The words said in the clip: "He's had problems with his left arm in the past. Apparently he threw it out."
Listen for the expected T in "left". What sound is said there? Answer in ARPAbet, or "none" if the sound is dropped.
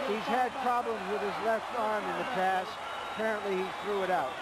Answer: T